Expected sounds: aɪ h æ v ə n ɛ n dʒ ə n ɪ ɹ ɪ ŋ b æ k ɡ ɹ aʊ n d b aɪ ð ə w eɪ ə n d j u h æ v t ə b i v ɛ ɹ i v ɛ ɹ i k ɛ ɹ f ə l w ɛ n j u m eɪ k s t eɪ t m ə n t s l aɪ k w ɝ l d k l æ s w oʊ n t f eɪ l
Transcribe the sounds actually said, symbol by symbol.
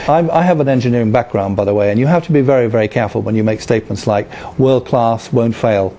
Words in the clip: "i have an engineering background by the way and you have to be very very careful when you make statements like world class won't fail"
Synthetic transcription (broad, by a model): aɪ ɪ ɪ v ə n ɛ n dʒ ə n ɪ ɹ ɪ ŋ b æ k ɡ ɹ aʊ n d b aɪ ð ə w eɪ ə n j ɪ h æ f t ə b i v ɛ ɹ i v ɛ ɹ i k ɛ ɹ f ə l w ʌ n j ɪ m eɪ k s t eɪ t m ə n t s l aɪ k w ɝ l d k l æ s w oʊ n t f eɪ l